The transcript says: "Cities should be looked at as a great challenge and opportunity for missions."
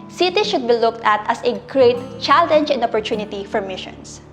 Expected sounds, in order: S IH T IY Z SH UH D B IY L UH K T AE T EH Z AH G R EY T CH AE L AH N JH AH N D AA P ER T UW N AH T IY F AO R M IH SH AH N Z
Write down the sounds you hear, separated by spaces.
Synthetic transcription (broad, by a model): S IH T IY SH UH D B IY L UH K T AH T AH S AH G R EY T CH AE L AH N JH AH N D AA P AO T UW N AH T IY F AO R M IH SH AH N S